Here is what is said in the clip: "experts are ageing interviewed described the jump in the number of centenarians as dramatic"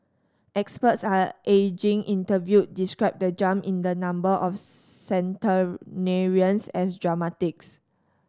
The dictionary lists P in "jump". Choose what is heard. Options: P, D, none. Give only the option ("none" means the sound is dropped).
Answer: none